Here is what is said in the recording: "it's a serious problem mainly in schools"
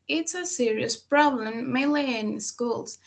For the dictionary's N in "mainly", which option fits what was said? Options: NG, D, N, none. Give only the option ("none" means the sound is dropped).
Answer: none